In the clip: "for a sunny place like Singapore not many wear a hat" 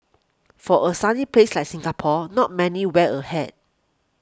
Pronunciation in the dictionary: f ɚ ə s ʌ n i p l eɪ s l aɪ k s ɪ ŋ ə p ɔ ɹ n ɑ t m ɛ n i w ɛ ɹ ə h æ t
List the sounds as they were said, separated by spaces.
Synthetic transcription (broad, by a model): f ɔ ə s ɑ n i p l eɪ s l aɪ k s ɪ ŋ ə p ɔ n ɑ t m ɛ n i w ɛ l ə h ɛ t